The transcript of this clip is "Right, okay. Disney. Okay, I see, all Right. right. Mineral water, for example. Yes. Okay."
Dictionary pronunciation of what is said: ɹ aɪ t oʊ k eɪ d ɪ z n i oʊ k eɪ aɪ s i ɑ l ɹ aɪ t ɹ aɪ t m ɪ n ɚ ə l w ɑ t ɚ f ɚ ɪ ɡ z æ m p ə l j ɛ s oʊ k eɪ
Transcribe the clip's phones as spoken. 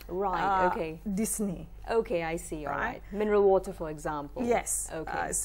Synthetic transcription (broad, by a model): ɹ aɪ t oʊ k eɪ d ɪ s n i oʊ k eɪ aɪ s i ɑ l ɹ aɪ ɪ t m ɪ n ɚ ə l w ɑ t ɚ f ɚ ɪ ɡ z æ m p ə l j ɛ s oʊ k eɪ